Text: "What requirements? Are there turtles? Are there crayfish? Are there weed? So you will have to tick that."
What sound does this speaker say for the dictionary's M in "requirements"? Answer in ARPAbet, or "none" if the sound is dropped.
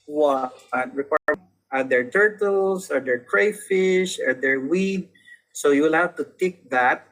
none